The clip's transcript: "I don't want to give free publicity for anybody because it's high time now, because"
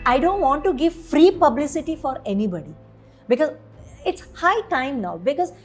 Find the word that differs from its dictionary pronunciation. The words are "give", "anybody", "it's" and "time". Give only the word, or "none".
none